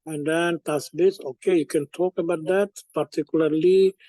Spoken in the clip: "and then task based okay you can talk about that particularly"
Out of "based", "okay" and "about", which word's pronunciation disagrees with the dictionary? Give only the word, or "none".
based